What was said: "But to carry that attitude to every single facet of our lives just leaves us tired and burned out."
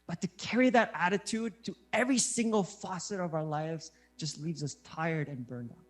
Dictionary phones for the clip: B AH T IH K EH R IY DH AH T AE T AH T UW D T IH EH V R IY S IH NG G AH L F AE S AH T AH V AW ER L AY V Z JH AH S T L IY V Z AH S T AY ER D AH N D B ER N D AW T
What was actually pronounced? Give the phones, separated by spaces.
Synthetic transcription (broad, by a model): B AH T IH K EH R IY DH AH T AE T AH T UW D T IH EH V R IY S IH NG G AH L F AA S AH T AH V AW ER L AY V Z JH AH S T L IY V Z AH S T AY ER D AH N B ER N D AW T